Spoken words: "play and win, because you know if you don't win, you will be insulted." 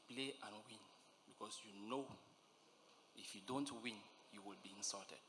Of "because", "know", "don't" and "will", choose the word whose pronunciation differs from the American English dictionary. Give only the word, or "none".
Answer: because